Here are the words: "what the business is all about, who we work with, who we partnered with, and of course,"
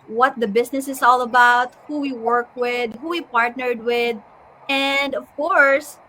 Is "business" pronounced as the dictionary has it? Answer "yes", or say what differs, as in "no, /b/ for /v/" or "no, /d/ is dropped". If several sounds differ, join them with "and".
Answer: no, /s/ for /z/